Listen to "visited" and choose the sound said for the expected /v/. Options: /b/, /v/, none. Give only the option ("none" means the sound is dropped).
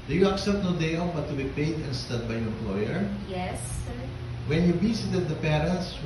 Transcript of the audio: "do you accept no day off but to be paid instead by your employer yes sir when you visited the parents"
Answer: /b/